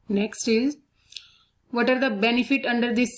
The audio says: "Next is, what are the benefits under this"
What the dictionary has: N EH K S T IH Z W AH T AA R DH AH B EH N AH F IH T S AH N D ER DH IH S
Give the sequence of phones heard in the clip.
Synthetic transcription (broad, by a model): N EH K S T IH Z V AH T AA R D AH B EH N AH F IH T AH N D ER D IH S